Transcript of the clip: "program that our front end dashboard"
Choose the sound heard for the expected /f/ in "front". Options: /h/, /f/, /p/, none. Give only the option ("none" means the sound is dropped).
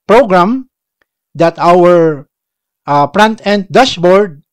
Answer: /p/